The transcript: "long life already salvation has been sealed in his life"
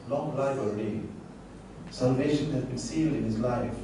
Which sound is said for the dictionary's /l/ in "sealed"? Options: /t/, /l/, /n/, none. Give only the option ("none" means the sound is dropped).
/l/